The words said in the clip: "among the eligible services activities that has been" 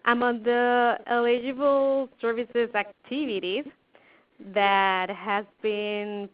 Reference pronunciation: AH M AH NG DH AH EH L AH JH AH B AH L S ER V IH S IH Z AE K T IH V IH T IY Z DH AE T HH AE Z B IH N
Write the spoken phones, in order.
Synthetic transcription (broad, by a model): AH M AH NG DH AH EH L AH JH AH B L S ER V IH S IH Z AE K T IH V IH T IY Z DH AE T HH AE Z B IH N